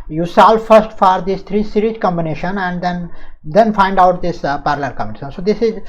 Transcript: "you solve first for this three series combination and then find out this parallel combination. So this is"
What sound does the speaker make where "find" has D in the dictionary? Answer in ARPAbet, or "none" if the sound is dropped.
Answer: D